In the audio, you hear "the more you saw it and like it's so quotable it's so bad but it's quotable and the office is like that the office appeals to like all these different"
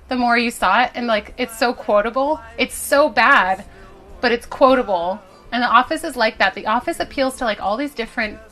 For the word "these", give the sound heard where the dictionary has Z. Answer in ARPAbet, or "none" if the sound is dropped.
Z